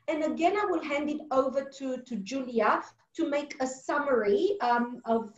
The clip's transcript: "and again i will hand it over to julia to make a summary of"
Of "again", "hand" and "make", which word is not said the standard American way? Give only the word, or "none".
none